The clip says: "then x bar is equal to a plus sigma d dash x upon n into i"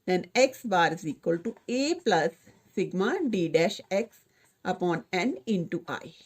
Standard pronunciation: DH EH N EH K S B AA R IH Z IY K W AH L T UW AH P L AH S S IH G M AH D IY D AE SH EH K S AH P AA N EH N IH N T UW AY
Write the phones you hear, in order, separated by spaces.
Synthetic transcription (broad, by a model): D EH N EH K S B AA R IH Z IY K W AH L T UW AH P L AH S S IH G M AH D IY D AE SH EH K S AH P AA N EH N IH N T UW AY